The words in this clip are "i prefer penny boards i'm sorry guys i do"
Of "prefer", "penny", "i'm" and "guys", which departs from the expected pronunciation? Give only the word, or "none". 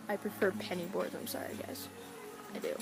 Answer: guys